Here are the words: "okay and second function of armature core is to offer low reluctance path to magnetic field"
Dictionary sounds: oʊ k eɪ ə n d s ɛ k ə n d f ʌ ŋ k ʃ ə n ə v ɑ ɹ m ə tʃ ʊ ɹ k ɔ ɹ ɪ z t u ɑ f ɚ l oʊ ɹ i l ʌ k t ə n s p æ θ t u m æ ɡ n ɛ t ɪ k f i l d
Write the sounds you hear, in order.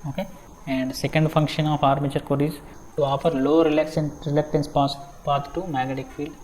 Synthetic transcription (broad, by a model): oʊ k eɪ ə n d s ɛ k ə n d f ʌ ŋ k ʃ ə n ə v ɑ ɹ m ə tʃ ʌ ɹ k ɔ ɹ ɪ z t u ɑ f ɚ l oʊ ɹ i l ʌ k t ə n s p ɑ t t u m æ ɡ ɛ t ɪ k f i l d